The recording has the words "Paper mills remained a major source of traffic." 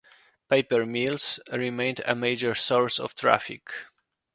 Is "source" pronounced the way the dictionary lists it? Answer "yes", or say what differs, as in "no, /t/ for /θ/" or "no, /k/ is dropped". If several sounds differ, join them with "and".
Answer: yes